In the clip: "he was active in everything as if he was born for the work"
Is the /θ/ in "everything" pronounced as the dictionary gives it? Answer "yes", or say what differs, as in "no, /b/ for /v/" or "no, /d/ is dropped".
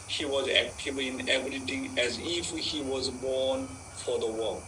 no, /t/ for /θ/